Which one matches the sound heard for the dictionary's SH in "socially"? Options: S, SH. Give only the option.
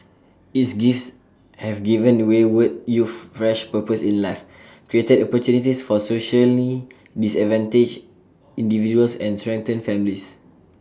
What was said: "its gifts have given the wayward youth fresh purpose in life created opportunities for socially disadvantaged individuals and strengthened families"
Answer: SH